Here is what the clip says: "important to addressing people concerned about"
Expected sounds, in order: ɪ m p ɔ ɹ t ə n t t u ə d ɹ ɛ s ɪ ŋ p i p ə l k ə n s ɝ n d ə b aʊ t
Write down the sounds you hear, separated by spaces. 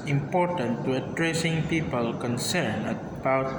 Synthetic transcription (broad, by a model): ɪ m p ɔ ɹ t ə n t t u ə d ɹ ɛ s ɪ ŋ p i p ə l k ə n s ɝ n ə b aʊ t